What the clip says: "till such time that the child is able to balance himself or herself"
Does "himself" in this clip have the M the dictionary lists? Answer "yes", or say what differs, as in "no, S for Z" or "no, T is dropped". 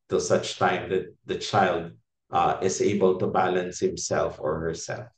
yes